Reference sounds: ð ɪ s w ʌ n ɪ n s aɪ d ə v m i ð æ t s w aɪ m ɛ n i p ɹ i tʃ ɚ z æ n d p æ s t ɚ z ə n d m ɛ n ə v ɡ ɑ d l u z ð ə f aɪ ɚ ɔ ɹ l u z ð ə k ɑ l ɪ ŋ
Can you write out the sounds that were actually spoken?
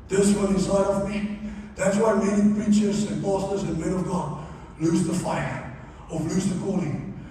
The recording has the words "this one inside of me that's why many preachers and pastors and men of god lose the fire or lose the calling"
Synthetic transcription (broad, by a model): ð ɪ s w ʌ l ɪ n s aɪ d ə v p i ð æ t s w aɪ m ɛ n i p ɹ i tʃ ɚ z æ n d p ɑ s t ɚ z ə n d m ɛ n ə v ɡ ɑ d l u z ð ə f aɪ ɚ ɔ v l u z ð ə k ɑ l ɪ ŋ